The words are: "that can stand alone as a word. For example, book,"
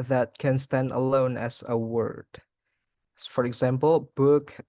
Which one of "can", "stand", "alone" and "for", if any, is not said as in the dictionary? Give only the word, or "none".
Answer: none